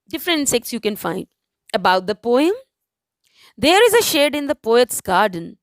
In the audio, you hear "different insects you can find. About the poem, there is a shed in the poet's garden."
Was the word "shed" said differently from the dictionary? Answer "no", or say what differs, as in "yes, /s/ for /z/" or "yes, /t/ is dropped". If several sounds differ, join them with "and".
no